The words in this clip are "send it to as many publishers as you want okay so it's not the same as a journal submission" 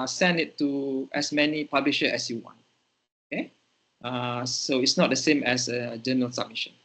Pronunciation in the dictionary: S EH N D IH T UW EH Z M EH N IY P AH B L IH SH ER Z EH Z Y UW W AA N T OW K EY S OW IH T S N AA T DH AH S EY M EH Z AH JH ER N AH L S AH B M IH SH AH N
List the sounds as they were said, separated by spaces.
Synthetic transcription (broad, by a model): S EH N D IH T UW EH S M EH N IY P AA B L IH SH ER EH S Y UW W AA N T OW K EY S OW IH T S N AA T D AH S EY M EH S AH JH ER N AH L S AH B M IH SH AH N